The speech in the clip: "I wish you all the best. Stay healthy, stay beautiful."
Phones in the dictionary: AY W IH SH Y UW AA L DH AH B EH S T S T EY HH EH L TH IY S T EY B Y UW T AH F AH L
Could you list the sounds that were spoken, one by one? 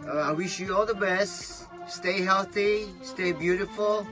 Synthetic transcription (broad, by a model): AY W IH SH Y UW AA L DH AH B EH S T S T EY HH EH L TH IY S T EY B Y UW T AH F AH L